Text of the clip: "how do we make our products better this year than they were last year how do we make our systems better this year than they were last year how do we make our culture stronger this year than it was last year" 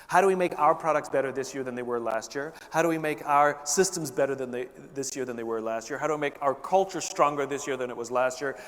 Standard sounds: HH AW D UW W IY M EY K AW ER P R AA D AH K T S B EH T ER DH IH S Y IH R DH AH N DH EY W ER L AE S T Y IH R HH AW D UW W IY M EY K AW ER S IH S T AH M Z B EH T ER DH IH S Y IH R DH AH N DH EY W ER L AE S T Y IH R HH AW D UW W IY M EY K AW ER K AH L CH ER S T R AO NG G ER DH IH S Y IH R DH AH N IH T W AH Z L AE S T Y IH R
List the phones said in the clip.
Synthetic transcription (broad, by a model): HH AW D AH W IY M EY K AW ER P R AA D AH K T S B EH T ER DH IH S Y IH R DH AH N DH EY W ER L AE S T Y IH R HH AW D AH W IY M EY K AW ER S IH S T AH M Z B EH T ER DH IH S Y IH R DH AH N DH EY W ER L AE S T Y IH R HH AW D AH W IY M EY K AW ER K AH L CH ER S T R AO NG G ER DH IH S Y IH R DH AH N IH T W AH Z L AE S T Y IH R